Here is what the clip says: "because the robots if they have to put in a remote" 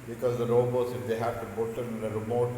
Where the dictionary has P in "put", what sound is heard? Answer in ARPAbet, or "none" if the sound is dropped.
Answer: B